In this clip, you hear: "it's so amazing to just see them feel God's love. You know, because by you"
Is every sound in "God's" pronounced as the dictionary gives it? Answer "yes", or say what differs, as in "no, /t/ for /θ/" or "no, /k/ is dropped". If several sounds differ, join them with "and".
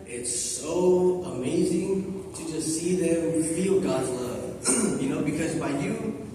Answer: yes